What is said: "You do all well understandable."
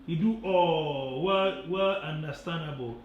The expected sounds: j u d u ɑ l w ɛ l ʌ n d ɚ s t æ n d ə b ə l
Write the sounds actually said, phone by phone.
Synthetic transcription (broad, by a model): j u d u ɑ w w ɛ l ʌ n d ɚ s t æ n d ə b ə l